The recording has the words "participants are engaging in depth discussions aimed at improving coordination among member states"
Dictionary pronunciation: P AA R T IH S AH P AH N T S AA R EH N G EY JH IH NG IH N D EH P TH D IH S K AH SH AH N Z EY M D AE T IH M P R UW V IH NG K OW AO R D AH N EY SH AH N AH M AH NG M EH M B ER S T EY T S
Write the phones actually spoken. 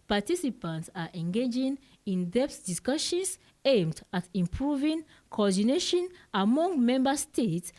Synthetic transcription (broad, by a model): P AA T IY S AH P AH N T S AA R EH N G EY JH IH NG IH N D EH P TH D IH S K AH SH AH N S EY M D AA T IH M P R UW V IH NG K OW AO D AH N EY SH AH N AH M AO NG M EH M B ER S T EY T S